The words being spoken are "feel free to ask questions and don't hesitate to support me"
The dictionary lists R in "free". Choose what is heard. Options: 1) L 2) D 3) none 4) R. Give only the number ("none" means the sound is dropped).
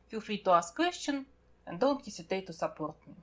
3